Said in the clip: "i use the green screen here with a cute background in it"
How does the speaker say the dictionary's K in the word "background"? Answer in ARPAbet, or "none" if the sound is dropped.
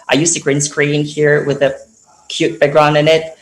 none